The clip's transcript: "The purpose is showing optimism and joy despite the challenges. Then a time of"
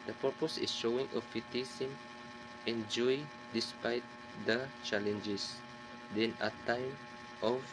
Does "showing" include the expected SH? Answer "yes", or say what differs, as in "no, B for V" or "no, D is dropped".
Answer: yes